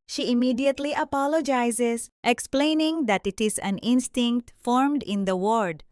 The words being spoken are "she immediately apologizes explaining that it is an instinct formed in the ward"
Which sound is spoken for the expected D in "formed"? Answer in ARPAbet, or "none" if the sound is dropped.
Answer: D